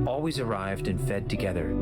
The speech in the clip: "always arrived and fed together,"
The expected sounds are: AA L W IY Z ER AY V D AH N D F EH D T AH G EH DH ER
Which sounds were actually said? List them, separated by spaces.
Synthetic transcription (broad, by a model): AA L W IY Z ER AY V D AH N F EH D T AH G EH DH ER